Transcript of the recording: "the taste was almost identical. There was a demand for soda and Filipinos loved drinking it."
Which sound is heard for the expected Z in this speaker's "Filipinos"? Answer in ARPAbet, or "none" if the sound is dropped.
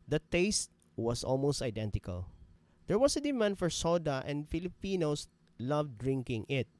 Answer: S